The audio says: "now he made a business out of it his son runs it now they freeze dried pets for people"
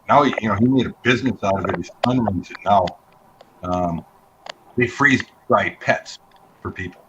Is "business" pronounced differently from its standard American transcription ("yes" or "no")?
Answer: no